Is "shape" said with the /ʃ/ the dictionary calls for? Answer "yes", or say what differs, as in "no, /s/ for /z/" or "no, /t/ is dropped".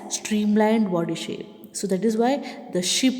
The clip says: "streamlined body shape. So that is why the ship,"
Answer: yes